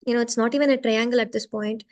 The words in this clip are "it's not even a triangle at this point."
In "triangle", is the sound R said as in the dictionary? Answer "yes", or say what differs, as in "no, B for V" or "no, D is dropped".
yes